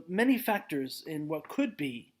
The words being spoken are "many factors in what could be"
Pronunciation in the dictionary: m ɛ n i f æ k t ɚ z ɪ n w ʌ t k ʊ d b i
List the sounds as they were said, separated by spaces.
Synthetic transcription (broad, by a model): m ɛ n i f æ k t ɚ z ɪ n w ʌ t k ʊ d b i